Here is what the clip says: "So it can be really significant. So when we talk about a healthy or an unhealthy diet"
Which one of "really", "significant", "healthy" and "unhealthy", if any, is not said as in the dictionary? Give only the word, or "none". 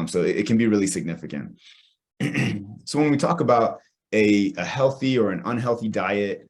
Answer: none